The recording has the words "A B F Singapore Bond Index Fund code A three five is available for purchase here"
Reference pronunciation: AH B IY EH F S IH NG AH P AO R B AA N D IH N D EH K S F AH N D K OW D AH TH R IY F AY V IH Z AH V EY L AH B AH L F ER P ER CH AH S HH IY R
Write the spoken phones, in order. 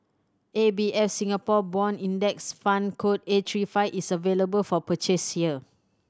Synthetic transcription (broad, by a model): AH B IY EH F S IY NG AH P AO B AA N IY N D EH K S F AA N K OW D AH T R IY F AY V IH S AH V EY L AH B AH L F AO P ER CH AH S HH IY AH